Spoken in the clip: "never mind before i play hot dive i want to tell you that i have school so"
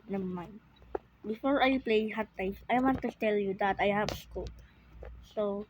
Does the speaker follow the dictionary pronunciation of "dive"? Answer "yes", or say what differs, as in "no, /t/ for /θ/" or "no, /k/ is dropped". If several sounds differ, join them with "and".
no, /f/ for /v/